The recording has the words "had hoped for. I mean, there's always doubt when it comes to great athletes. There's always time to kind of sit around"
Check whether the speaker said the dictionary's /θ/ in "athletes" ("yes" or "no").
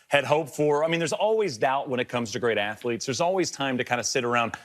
yes